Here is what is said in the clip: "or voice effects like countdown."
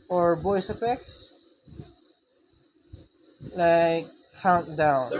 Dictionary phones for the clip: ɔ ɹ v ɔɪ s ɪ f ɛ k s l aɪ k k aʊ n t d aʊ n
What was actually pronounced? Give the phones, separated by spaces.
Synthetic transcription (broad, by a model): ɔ ɹ b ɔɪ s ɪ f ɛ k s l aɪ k k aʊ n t d aʊ n